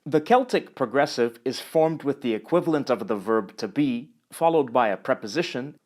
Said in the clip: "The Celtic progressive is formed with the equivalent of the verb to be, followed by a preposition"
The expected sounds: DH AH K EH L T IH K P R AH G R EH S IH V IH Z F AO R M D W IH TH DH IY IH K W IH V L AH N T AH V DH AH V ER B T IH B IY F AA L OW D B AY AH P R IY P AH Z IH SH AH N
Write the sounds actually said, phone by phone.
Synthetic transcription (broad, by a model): DH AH K EH L T IH K P R AH G R EH S IH V IH Z F AO R M D W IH DH IY IH K W IH V L AH N T AH V DH AH V ER B T IH B IY F AA L OW D B AY AH P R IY P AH Z IH SH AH N